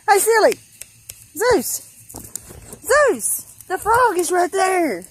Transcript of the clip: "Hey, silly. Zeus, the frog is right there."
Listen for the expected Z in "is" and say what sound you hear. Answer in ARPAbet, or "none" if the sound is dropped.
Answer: Z